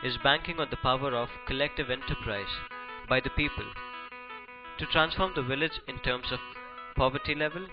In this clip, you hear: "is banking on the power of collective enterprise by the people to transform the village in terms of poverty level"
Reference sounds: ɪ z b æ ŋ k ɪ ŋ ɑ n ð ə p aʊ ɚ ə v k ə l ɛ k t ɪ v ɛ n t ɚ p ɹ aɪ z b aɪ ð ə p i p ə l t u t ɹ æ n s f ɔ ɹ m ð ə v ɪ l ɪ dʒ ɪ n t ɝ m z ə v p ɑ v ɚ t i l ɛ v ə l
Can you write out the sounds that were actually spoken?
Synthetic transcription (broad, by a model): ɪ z b æ ŋ k ɪ ŋ ɑ n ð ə p aʊ ɚ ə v k ə l ɛ k t ɪ v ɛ n t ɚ p ɹ aɪ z b aɪ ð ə p i p ə l t u t ɹ æ n s f ɔ ɹ m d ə v ɪ l ɪ dʒ ɪ n t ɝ m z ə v p ɑ v ɚ t i l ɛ v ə l